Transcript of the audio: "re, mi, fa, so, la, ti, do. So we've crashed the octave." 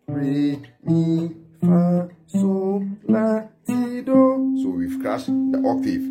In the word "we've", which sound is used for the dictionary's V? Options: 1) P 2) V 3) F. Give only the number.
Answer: 3